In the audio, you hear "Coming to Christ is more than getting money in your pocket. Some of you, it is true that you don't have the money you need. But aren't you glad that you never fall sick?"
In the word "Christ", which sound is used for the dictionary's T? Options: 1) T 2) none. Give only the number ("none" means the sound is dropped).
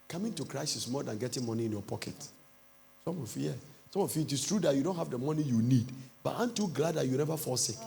2